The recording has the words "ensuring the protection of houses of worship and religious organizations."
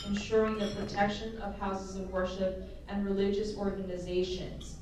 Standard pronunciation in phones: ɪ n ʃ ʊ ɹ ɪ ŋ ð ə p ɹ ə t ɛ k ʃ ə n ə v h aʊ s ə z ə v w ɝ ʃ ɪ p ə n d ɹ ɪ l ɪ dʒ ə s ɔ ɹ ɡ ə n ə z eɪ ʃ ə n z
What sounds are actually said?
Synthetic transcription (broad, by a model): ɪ n ʃ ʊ ɹ ɪ ŋ ð ə p ɹ ə t ɛ k ʃ ə n ə v h aʊ s ə z ə v w ɝ ʃ ɪ p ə n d ɹ ɪ l ɪ dʒ ə s ɔ ɹ ɡ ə n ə z eɪ ʃ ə n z